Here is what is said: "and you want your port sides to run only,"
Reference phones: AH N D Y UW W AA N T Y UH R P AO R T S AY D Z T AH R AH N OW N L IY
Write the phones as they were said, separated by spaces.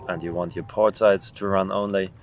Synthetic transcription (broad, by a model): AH N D Y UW W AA N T Y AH R P AO R T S AY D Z T AH R AH N OW N L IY